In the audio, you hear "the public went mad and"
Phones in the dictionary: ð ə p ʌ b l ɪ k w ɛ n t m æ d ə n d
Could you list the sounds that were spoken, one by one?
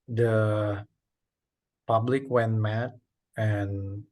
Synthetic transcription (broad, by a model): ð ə p ʌ b l ɪ k w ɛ n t m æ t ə n